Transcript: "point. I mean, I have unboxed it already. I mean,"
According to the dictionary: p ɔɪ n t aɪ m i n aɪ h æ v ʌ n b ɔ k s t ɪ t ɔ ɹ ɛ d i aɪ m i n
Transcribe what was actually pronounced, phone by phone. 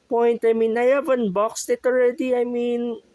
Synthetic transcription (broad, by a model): p ɔɪ n t aɪ m i n aɪ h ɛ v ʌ n b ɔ k s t ɪ t ɔ ɹ ɛ d i aɪ m i n